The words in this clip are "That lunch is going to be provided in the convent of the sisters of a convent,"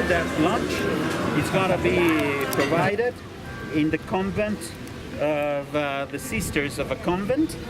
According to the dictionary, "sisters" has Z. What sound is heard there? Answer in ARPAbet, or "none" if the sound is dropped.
Z